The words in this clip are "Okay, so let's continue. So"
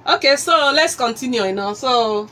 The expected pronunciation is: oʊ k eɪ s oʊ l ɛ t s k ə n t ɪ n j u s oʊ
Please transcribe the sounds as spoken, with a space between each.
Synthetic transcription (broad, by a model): oʊ k eɪ s oʊ l ɛ t s k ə n t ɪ n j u s oʊ